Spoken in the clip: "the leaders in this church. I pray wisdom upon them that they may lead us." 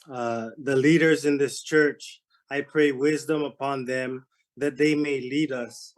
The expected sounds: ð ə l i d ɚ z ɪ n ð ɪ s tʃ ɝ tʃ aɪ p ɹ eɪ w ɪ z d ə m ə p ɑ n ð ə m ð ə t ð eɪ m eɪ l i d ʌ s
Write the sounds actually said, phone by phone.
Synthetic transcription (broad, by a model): ð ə l i d ɚ z ɪ n ð ɪ s tʃ ɝ tʃ aɪ p ɹ eɪ w ɪ z d ə m ə p ɑ n ð ə m ð ə t ð eɪ m eɪ l i d ʌ s